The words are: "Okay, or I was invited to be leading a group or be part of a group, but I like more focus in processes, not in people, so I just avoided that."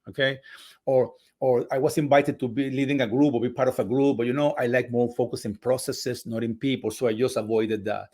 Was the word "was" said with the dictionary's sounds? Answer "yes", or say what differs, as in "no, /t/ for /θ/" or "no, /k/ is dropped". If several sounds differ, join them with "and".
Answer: no, /s/ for /z/